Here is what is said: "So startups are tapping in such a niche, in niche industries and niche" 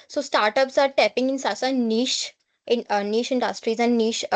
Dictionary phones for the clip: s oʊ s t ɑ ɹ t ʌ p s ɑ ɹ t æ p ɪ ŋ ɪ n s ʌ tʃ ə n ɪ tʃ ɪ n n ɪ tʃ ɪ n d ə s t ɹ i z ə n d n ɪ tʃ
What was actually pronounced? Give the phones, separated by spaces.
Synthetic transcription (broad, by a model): s oʊ s t ɑ ɹ t ʌ p s ɑ ɹ t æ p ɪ ŋ ɪ n s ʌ s ə n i ʃ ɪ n n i ʃ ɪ n d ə s t ɹ i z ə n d n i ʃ